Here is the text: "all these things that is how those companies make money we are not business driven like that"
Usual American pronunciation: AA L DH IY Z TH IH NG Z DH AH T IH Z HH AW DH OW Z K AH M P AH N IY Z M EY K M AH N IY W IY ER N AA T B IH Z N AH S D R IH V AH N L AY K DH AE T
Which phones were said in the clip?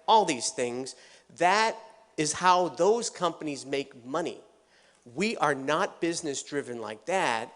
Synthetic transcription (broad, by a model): AA L DH IY Z TH IH NG Z DH AH T IH Z HH AW DH OW Z K AH M P AH N IY Z M EY K M AH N IY W IY ER N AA T B IH Z N AH S D R IH V AH N L AY K DH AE T